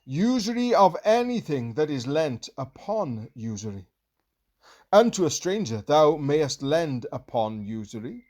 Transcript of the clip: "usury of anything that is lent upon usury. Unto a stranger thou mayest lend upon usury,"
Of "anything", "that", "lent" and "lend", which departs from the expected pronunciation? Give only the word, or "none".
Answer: none